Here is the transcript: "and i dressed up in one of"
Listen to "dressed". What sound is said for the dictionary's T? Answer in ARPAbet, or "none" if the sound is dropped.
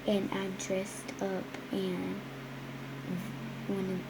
T